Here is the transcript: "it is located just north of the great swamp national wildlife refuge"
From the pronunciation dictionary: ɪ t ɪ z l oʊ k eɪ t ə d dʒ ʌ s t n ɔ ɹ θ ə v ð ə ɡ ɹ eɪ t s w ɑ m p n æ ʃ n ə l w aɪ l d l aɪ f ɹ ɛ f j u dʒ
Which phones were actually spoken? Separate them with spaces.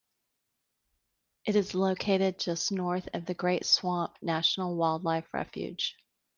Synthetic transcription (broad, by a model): ɪ t ɪ z l oʊ k eɪ t ə d dʒ ʌ s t n ɔ ɹ θ ə v ð ə ɡ ɹ eɪ t s w ɑ m p n æ ʃ n l w aɪ l d l aɪ f ɹ ɛ f j u dʒ